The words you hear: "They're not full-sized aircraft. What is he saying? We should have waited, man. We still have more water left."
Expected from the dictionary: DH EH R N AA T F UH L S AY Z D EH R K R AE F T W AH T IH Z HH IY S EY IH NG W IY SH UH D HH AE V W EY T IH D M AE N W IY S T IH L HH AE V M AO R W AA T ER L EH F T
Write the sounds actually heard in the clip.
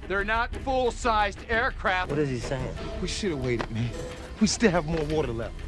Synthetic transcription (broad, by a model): DH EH R N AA T F UH L S AY Z D EH R K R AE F W AH T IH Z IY S EY IH NG W IY SH UH D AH W EY T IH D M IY W IY S T IH L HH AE V M AO R W AA T ER L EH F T